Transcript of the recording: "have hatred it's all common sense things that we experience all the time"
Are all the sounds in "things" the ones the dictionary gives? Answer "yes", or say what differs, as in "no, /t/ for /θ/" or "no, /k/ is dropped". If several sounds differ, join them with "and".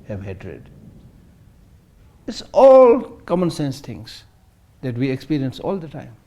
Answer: no, /t/ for /θ/